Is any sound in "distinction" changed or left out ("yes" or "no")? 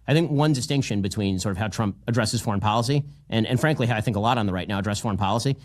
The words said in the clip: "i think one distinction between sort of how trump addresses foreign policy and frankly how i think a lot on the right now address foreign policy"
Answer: no